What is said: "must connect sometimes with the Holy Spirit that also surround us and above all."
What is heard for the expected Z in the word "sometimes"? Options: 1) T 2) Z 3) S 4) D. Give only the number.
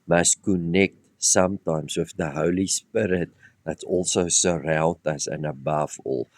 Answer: 3